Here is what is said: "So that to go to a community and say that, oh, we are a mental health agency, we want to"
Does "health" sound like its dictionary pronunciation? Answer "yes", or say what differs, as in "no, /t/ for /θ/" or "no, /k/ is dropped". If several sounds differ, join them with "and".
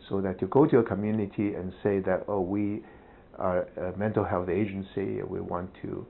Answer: yes